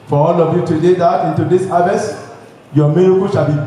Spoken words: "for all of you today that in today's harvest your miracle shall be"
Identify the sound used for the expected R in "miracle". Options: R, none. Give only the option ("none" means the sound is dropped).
none